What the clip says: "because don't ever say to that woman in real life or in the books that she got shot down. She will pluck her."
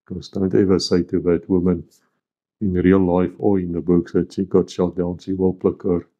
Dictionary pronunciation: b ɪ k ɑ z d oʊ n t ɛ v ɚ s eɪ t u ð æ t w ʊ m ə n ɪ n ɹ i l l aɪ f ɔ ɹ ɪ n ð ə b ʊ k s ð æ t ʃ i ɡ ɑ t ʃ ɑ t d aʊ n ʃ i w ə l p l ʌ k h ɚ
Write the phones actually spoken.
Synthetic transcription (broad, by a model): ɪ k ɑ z d oʊ n t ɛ v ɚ s eɪ t u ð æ t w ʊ m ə n ɪ n ɹ i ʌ l aɪ f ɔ l ɪ n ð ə b ʊ k s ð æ t ʃ i ɡ ɑ t ʃ ɑ t d aʊ n ʃ i w ə l p l ʌ k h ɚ